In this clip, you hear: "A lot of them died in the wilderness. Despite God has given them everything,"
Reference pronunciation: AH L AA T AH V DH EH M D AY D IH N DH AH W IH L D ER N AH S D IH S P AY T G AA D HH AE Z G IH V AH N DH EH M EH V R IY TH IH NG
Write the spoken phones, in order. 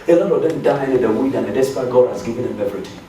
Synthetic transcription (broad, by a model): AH L AA T AH V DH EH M D AY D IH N DH AH W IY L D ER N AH D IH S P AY G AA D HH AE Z G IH V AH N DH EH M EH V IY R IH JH